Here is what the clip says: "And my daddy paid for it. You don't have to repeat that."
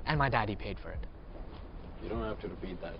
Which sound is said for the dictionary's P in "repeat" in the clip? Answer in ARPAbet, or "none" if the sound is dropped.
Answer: B